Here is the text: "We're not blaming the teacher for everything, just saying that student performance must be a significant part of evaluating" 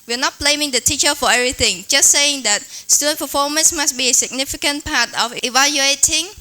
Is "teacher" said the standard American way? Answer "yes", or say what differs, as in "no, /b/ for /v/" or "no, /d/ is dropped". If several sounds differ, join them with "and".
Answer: yes